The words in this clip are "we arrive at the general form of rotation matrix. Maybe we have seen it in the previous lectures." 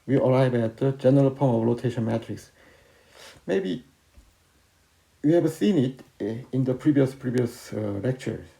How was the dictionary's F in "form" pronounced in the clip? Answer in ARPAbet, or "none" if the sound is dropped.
P